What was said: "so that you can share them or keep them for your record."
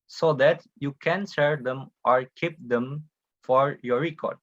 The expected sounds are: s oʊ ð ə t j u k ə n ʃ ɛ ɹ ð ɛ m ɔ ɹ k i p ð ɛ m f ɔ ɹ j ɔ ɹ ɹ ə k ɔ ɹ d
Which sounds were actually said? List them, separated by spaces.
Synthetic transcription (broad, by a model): s oʊ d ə t j u k ə n s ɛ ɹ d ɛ m ɔ ɹ k i p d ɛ m f ɔ ɹ j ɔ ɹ ɹ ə k ɔ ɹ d